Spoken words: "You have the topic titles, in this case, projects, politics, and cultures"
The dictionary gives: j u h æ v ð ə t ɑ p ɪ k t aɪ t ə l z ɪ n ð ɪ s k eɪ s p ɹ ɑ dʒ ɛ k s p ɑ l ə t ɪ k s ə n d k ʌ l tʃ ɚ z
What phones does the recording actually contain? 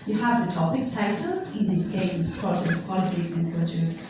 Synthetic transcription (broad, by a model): j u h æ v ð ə t ɑ p ɪ k t aɪ t ə l z ɪ n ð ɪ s k eɪ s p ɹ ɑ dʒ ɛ s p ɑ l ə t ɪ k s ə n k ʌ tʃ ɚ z